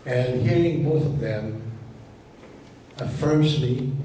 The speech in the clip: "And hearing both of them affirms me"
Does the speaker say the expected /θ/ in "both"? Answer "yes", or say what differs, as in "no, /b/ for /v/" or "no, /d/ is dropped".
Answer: yes